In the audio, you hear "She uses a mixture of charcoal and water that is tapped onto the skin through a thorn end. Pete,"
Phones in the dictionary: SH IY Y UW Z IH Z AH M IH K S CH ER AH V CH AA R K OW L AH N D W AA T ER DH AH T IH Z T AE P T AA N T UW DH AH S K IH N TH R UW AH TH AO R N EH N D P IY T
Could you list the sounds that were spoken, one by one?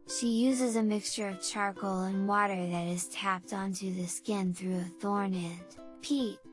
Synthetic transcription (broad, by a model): SH IY Y UW Z IH Z AH M IH K S CH ER AH V CH AA R K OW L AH N W AA T ER DH AH T IH Z T AE P T AA N T UW DH AH S K IH N TH R UW AH TH AO R N EH N D P IY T